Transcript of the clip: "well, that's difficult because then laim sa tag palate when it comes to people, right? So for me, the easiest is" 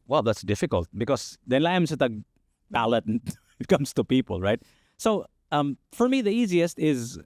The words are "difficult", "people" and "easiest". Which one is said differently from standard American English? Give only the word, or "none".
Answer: none